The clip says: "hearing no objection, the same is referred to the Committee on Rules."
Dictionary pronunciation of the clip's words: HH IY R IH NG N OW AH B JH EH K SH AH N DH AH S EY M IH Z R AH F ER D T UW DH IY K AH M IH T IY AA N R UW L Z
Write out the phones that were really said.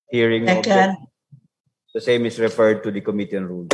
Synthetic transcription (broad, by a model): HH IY R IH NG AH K AH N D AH S EY M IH S R AH F ER D T UW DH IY K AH M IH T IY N R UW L